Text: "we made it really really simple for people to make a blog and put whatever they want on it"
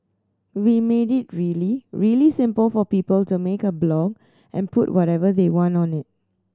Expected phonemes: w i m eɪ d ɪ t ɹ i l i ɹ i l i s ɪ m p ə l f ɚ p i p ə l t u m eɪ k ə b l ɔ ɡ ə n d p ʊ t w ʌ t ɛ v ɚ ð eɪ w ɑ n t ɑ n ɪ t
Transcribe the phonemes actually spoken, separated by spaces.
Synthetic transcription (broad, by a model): w i m eɪ d ɪ t ɹ i l i ɹ i l i s ɪ m p ə l f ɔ p i p ə l t u m eɪ k ə b l ɔ ɡ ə n p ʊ t w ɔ t ɛ v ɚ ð eɪ w ɑ n t ɑ n ɪ t